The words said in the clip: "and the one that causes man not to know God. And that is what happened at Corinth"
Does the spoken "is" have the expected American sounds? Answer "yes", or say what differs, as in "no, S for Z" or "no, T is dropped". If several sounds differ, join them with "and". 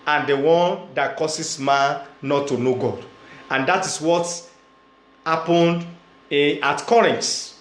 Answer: no, S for Z